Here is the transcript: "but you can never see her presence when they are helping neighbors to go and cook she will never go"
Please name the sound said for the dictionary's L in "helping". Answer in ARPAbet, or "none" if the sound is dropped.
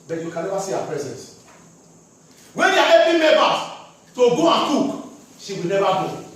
none